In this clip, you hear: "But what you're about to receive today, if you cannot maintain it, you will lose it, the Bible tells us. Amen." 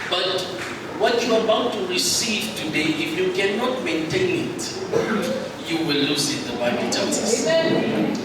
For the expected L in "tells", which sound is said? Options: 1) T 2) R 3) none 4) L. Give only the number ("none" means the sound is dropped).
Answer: 3